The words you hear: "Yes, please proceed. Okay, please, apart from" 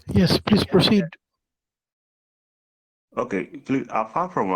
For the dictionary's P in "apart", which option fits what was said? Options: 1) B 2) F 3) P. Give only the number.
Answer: 2